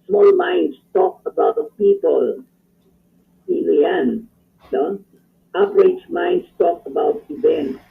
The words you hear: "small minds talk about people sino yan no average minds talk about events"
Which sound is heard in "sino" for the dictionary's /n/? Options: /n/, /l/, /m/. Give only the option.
/l/